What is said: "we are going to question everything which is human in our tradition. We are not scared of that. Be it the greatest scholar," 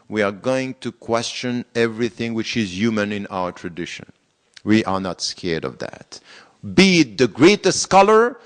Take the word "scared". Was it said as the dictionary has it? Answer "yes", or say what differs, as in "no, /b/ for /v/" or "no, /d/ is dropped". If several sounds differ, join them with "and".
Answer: yes